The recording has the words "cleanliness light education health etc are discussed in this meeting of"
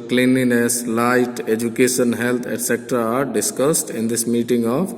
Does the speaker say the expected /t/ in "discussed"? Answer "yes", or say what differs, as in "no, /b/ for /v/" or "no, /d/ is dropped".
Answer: yes